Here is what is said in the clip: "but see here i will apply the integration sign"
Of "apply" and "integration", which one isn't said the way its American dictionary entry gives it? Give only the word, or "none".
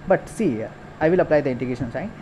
integration